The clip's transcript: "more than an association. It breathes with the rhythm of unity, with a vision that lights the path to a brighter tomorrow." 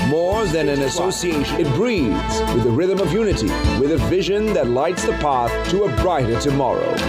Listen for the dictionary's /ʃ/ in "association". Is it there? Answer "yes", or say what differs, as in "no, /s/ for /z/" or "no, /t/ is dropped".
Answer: no, /ʃ/ is dropped